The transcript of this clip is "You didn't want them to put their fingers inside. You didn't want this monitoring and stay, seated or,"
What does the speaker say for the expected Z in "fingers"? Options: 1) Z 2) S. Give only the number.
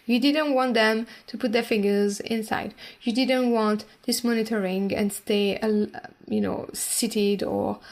1